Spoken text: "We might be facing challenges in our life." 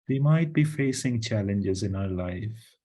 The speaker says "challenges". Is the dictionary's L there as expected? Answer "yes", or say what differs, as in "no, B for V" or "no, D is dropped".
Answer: yes